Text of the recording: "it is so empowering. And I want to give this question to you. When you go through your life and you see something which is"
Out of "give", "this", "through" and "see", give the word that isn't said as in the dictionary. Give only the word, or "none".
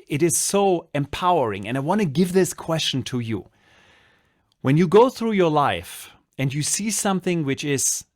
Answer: none